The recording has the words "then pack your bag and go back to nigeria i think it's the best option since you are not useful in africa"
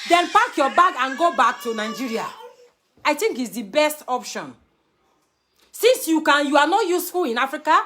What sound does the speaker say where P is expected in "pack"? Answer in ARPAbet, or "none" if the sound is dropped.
F